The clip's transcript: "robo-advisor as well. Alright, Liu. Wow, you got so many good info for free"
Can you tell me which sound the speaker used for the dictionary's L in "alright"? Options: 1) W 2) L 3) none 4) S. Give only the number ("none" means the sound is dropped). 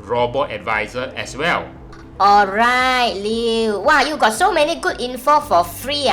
2